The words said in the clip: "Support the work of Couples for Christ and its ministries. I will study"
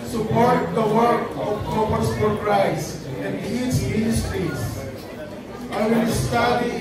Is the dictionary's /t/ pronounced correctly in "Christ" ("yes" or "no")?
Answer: no